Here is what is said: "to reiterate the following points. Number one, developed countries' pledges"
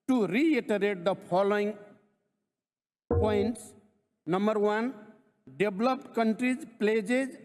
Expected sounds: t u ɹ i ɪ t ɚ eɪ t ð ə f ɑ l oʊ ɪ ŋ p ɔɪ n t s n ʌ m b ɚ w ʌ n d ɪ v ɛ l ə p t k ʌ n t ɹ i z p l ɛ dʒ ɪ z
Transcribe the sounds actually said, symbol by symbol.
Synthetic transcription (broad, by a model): t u ɹ i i t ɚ eɪ t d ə p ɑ l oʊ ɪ ŋ p ɔɪ n t s n ʌ m b ɚ w ʌ n d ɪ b l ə p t k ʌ n t ɹ i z p l ɛ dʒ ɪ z